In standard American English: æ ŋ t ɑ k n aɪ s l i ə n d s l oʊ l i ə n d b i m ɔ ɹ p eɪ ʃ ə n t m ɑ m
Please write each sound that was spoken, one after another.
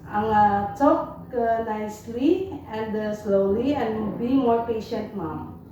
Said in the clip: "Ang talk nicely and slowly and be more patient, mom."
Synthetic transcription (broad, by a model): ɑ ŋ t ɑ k n aɪ s l i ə n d s l oʊ l i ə n b i m ɔ ɹ p eɪ ʃ ə n t m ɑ m